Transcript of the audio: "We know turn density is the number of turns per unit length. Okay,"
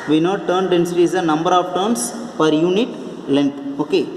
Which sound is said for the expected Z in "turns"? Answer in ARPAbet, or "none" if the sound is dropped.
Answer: S